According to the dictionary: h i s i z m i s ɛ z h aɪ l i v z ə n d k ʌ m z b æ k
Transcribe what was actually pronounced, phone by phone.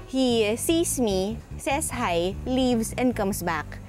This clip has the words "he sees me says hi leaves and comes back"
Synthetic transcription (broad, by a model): h i s i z m i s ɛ s h aɪ l i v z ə n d k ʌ m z b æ k